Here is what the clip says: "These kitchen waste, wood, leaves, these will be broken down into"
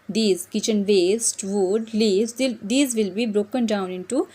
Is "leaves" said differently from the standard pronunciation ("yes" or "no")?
yes